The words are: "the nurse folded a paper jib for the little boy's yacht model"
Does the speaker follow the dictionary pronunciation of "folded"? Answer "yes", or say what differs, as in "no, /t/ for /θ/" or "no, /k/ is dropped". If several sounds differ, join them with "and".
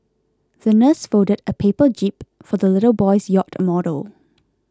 no, /l/ is dropped